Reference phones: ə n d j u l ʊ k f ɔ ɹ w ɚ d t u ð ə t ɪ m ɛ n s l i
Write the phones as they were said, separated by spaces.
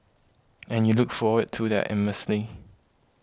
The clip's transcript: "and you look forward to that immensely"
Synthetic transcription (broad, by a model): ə n j u l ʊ k f ɔ w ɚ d t u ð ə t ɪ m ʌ s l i